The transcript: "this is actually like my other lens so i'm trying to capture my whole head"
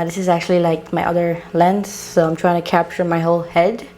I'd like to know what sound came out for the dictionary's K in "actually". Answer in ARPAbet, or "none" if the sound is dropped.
K